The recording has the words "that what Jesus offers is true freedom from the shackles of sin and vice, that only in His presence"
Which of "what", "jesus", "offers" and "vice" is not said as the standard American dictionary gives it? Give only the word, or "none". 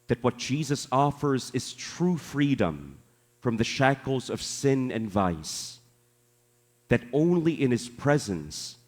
none